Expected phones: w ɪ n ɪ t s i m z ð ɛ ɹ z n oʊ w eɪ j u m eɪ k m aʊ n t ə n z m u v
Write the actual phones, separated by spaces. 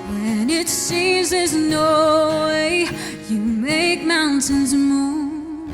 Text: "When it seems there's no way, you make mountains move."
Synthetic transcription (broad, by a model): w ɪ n ɪ t s i m z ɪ z n oʊ w eɪ j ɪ m eɪ k m aʊ n t ə n z m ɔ